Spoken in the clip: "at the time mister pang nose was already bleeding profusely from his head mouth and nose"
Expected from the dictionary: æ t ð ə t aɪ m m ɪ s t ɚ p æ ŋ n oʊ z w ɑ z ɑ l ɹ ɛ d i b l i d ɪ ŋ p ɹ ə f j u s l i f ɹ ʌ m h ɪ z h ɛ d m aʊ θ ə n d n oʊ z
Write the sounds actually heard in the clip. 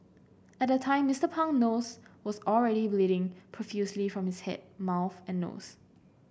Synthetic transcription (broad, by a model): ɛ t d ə t aɪ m m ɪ s t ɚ p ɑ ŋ n oʊ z w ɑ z ɑ l ɹ ɛ d i b l i d ɪ ŋ p ɹ ə f j u s l i f ɹ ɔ m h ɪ s h ɛ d m aʊ θ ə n n oʊ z